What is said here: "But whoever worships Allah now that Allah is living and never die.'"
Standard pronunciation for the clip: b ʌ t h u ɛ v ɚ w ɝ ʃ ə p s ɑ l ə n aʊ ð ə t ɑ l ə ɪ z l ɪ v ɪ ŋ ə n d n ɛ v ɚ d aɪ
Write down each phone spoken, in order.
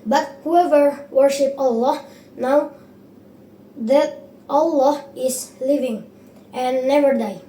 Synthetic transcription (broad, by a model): b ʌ t h u ɛ v ɚ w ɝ ʃ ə p ɑ l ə n aʊ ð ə t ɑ l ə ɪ s l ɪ v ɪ ŋ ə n n ɛ v ɚ d aɪ